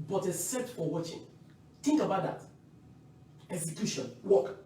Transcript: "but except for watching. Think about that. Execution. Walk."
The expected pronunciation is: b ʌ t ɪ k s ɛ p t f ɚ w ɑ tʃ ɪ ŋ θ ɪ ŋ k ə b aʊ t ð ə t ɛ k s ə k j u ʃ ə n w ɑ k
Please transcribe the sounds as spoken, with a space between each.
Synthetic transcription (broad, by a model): b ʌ t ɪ s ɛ t f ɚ w ɑ tʃ ɪ ŋ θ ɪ ŋ k ə b aʊ t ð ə t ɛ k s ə k j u ʃ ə n w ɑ k